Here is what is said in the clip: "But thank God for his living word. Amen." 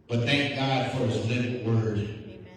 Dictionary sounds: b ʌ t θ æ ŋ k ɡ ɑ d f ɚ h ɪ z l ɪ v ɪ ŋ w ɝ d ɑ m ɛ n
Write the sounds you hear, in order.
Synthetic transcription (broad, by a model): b ʌ t θ æ ŋ k ɡ ɑ d f ɚ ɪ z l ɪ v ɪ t w ɝ d